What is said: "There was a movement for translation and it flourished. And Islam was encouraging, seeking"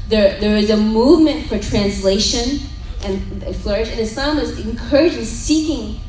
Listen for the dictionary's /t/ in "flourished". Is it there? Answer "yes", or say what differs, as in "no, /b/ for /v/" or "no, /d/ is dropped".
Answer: no, /t/ is dropped